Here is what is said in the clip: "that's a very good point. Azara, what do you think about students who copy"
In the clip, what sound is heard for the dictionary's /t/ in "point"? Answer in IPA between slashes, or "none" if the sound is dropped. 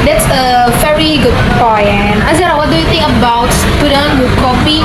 none